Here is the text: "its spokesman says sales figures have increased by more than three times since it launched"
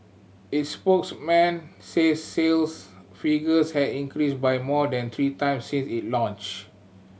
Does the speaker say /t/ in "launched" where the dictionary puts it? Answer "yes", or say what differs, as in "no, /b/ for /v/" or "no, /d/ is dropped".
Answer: no, /t/ is dropped